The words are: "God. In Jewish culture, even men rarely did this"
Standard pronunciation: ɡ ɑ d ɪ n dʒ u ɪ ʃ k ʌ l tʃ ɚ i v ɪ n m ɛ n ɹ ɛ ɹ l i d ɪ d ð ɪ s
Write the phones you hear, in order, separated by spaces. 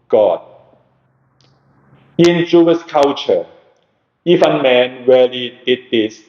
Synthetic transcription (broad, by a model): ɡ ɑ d ɪ n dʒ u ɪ s k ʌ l tʃ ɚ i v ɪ n m ɛ n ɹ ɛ l i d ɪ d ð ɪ s